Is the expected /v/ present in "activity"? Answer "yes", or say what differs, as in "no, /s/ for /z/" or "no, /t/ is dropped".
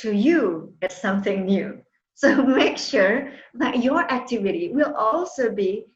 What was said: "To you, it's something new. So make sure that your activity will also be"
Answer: yes